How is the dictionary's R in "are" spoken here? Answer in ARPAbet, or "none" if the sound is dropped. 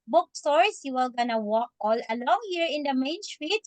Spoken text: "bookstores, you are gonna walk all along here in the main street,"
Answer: L